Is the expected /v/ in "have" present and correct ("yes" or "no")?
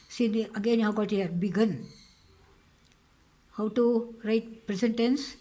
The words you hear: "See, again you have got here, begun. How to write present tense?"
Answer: no